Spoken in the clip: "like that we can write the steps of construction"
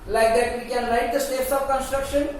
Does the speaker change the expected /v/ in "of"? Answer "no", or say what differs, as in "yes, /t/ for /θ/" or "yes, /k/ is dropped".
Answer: yes, /b/ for /v/